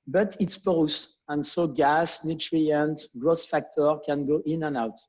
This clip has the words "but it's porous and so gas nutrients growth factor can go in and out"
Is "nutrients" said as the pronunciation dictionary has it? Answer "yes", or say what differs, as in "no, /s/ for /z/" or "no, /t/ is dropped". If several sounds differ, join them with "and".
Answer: no, /s/ is dropped